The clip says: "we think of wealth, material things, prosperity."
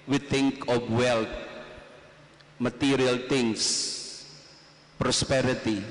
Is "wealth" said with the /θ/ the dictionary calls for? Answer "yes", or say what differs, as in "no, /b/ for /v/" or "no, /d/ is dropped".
no, /t/ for /θ/